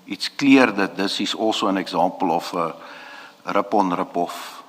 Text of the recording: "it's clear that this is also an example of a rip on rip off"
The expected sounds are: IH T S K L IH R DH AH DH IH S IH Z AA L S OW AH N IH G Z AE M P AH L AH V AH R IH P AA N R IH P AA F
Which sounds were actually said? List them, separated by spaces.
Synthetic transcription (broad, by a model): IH T S K L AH R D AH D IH S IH S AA L S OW AH N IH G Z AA M P AH L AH F AH R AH P AA N R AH P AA F